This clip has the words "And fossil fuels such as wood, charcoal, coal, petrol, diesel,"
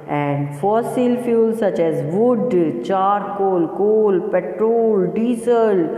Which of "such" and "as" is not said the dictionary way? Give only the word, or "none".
none